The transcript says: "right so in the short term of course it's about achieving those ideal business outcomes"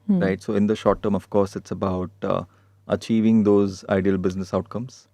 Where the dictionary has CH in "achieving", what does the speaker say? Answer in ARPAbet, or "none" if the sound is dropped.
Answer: CH